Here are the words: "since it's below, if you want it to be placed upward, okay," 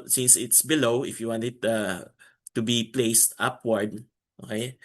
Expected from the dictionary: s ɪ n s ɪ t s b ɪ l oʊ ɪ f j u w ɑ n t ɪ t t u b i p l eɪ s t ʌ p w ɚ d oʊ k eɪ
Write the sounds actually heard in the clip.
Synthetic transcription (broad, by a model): s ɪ n s ɪ t s b ɪ l oʊ ɪ f j u w ɑ n t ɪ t t u b i p l eɪ s t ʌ p w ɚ d oʊ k eɪ